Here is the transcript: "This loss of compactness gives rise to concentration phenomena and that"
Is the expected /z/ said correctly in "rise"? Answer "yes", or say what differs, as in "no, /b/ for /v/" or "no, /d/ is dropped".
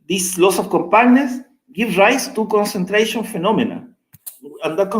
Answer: no, /s/ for /z/